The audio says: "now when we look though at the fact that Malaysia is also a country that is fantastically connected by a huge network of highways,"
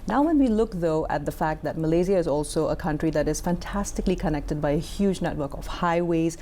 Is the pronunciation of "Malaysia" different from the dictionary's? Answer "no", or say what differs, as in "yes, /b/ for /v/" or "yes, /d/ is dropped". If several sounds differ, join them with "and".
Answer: yes, /z/ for /ʒ/